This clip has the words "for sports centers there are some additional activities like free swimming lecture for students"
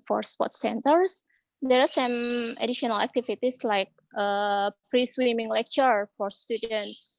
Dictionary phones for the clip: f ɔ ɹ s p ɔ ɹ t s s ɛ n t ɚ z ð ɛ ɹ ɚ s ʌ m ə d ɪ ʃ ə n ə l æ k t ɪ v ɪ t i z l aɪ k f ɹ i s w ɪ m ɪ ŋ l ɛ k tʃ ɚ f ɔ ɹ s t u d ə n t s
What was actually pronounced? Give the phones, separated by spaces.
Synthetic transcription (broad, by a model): f ɔ ɹ s p ɔ t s s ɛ n t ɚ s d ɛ ɹ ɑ s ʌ m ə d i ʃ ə n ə l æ k t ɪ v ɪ t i s l aɪ k p ɹ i s w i m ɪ ŋ l ɛ k tʃ ɚ f ɔ ɹ s t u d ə n t s